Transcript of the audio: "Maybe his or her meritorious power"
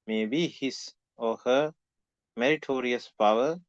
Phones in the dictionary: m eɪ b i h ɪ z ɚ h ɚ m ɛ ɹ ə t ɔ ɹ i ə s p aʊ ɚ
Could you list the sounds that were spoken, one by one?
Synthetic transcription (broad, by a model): m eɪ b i h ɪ s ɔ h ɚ m ɛ ɹ ə t ɔ ɹ i ə s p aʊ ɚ